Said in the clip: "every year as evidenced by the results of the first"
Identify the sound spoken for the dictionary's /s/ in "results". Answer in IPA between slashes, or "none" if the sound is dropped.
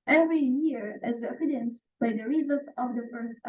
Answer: /s/